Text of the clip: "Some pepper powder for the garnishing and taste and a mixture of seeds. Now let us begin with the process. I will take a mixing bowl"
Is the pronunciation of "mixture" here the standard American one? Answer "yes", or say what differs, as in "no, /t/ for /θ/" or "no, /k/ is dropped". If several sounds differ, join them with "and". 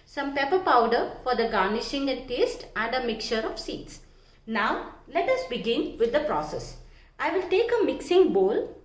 no, /s/ is dropped